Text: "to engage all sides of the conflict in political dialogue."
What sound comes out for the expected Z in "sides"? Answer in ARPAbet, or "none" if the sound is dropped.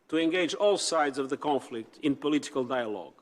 Z